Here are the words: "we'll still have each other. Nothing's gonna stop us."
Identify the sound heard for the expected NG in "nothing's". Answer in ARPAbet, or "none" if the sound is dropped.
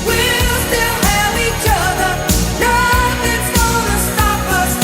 none